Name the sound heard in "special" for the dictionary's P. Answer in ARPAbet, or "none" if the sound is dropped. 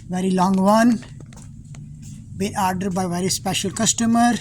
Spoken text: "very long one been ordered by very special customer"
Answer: P